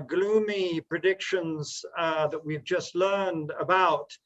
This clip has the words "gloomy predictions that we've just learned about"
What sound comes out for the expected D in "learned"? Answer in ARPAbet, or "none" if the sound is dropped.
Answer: D